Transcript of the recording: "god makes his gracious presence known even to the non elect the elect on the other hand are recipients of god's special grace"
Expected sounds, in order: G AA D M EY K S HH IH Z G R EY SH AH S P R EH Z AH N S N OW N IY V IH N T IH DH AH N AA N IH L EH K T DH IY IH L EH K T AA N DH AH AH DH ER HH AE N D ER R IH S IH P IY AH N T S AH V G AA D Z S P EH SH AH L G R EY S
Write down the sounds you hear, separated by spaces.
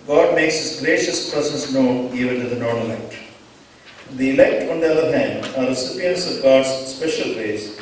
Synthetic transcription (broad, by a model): G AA D M EY K S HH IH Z G R EY SH AH S P R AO S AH S N OW N IY V IH N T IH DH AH N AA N IH L EH K T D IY IH L EH K T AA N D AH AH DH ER HH AE N D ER R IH S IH P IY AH N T S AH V G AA D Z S P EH SH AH L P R EY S